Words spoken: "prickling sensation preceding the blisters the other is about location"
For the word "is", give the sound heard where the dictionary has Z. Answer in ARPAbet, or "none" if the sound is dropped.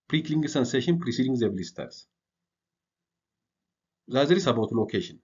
S